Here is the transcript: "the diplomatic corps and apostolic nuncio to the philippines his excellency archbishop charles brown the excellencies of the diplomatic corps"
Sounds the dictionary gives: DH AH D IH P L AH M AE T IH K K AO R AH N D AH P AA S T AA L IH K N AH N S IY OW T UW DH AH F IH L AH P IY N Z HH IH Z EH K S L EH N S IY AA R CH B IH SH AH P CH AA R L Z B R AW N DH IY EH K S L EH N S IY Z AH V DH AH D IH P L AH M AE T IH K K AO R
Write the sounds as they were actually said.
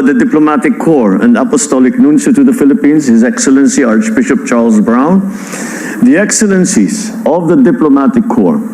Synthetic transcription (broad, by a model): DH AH D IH P L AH M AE T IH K K AO R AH N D AH P AA S T AA L IH K N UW N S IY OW T UW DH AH F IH L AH P IY N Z HH IH Z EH K S L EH N S IY AA R CH B IH SH AH P CH AA R L Z B R AW N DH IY EH K S L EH N S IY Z AH V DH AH D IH P L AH M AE T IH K K AO R